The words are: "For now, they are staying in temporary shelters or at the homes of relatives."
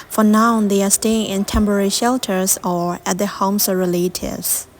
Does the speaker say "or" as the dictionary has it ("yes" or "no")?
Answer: yes